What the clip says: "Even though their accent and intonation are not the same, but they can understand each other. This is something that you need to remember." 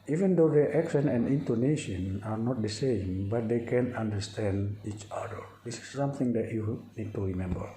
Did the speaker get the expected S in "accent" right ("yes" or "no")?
no